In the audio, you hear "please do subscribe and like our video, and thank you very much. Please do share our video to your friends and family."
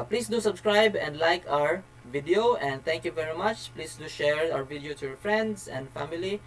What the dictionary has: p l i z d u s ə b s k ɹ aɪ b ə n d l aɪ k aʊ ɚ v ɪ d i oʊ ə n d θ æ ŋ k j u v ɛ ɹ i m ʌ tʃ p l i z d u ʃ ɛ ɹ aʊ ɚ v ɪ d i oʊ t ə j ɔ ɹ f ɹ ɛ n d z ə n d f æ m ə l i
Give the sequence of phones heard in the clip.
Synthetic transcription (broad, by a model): p l i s d u s ə b s k ɹ aɪ b ə n d l aɪ k aʊ ɚ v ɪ d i oʊ ə n d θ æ ŋ k j u v ɛ ɹ i m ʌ tʃ p l i s d u ʃ ɛ ɹ aʊ ɚ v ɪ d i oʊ t ə j ɔ ɹ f ɹ ɛ n d s ə n d f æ m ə l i